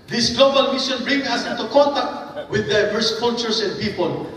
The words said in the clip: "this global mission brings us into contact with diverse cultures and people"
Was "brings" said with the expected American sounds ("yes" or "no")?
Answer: no